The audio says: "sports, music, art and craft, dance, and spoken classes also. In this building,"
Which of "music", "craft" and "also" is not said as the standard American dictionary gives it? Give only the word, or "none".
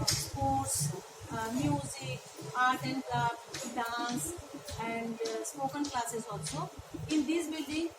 craft